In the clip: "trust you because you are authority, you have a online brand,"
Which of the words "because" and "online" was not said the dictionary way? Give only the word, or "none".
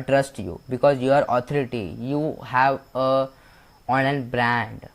online